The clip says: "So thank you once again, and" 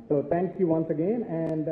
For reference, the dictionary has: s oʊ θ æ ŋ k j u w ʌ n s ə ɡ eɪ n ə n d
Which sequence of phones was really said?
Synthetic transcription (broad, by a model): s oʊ t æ ŋ k j u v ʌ n s ə ɡ eɪ n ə n d